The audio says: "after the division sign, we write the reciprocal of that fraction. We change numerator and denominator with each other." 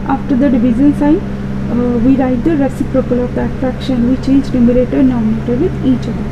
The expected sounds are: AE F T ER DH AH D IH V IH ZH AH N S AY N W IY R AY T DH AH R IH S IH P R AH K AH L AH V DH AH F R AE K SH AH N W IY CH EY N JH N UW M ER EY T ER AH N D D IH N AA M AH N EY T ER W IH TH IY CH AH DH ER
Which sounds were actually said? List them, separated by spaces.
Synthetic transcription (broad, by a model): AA F T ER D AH D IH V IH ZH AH N S AY N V IY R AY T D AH R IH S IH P R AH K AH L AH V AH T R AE K SH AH N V IY CH EY N JH L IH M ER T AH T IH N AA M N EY T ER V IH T IY CH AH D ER